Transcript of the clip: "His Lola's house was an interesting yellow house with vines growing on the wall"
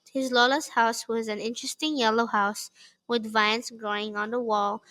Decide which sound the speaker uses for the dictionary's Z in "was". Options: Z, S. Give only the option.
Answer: Z